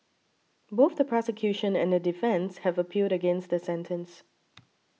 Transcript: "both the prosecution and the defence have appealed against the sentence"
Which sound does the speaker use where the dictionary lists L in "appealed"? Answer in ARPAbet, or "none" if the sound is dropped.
none